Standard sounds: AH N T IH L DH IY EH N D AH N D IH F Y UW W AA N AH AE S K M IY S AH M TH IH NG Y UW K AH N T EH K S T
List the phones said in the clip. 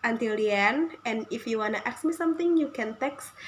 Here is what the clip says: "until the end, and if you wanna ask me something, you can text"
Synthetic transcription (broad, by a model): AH N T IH L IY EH N AH N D IH F Y UW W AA N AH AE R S M IY S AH M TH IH NG Y UW K AH N T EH K S